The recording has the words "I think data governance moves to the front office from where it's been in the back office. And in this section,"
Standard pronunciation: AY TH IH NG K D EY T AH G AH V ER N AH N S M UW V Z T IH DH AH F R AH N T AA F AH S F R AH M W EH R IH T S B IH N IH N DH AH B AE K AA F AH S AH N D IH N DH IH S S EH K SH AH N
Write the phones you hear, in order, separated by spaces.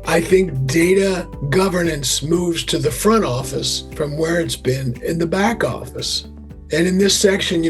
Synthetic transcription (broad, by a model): AY TH IH NG K D EY T AH G AH V ER N AH N S M UW V Z T IH DH AH F R AH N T AA F AH S F R AH M W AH R IH T S B IH N IH N DH AH B AE K AA F AH S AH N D IH N DH IH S S EH K SH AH N